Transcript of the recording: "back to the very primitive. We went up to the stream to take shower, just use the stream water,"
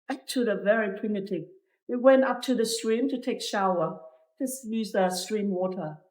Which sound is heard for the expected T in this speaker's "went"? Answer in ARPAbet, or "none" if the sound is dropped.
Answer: T